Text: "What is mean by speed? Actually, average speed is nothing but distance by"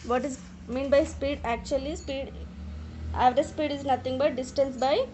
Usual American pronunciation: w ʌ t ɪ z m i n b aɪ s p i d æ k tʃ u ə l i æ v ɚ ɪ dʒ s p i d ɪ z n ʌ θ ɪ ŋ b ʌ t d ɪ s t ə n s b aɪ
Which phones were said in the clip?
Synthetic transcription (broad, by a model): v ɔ t ɪ z m i n b aɪ s p i d æ k tʃ u ə l i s p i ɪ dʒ s p i d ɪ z n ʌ t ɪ ŋ b ʌ t d ɪ s t ə n s b aɪ